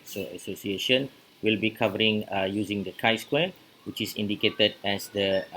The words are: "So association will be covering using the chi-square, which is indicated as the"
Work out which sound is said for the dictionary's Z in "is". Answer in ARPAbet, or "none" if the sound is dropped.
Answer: S